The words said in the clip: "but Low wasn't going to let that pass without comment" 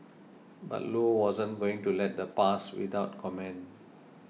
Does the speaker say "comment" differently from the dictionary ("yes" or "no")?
yes